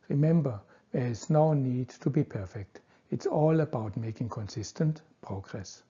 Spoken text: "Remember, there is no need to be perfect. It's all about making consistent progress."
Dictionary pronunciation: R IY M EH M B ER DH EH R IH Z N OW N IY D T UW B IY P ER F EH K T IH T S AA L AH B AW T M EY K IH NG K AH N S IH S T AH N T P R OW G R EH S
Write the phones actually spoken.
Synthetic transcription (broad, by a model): R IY M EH M B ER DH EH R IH S N OW N IY D T UW B IY P ER F EH K T IH T S AA L AH B AW T M EY K IH NG K AH N S IH S T AH N T P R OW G R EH S